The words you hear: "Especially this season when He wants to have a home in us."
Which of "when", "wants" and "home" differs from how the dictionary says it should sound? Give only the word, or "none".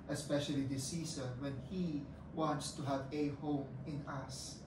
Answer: none